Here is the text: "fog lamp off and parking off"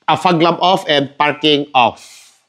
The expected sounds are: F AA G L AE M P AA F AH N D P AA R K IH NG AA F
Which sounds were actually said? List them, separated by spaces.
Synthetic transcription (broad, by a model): F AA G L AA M AA F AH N P AA R K IH NG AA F